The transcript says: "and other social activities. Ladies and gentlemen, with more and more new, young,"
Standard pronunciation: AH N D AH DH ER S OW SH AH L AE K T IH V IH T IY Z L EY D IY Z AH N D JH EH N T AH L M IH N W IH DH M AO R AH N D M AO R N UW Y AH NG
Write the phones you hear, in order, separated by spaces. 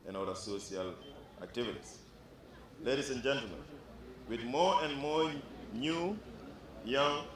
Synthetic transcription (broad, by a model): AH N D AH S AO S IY AH L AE K T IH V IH T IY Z L EY D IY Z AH N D JH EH N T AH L M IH N W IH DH M AO R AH N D M AO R N UW Y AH NG